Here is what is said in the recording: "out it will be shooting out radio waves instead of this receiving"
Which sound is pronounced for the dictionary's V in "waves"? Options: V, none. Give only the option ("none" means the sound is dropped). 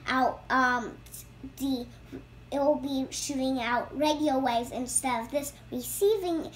none